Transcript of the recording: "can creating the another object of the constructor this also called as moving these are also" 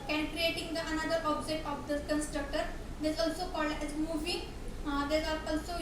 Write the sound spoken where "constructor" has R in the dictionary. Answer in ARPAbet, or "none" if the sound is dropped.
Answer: R